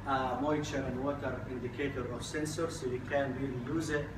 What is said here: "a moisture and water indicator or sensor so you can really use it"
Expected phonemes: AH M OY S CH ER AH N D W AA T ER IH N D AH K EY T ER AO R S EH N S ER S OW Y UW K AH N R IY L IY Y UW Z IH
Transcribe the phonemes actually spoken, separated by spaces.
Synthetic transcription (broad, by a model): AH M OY CH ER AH N W AA T ER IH N D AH K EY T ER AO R S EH N S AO S OW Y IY K AH N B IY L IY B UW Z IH